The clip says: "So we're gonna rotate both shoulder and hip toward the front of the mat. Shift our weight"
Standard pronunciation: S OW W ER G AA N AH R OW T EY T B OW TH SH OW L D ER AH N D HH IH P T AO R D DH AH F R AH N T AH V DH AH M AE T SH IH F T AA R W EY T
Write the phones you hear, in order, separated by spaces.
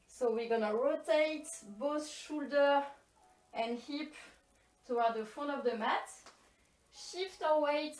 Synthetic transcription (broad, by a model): S OW W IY G AA N AH R OW T EY T B OW TH SH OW L D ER AH N D HH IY P T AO W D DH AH F AH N AH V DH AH M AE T SH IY F T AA W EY T